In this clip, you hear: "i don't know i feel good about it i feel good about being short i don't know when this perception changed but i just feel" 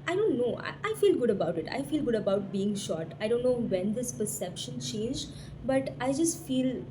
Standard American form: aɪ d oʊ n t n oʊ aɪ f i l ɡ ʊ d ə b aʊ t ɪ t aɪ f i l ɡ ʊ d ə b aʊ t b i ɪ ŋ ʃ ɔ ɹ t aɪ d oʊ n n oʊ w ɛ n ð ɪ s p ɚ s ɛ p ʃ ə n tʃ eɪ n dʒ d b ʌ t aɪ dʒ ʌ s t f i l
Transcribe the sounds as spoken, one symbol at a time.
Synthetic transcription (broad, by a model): aɪ d oʊ n t n oʊ aɪ f i l ɡ ʊ d ə b aʊ t ɪ t aɪ f i l ɡ ʊ d ə b aʊ t b i ɪ ŋ ʃ ɔ ɹ t aɪ d oʊ n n oʊ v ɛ n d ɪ s p ɚ s ɛ p ʃ ə n tʃ eɪ n dʒ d b ʌ t aɪ dʒ ʌ s t f i l